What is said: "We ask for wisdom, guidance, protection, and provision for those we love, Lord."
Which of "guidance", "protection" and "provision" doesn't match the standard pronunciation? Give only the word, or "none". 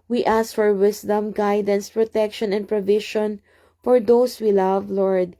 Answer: provision